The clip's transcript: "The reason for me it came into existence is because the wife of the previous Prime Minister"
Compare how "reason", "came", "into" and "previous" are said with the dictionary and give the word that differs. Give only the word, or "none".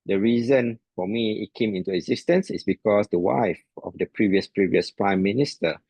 none